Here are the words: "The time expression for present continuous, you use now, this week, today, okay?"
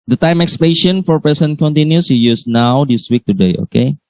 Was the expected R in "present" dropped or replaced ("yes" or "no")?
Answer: yes